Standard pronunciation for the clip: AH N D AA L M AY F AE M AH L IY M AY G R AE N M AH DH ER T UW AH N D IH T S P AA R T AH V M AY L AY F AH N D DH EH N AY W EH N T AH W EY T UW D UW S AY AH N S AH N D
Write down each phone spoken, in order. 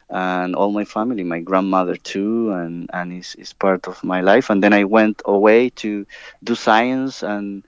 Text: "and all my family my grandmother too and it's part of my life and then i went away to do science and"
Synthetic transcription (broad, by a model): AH N AA L M AY F AE M AH L IY M AY G R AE N M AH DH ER T UW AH N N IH S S P AA R T AH V M AY L AY F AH N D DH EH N AY W EH N T AH W EY T UW D UW S AY AH N S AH N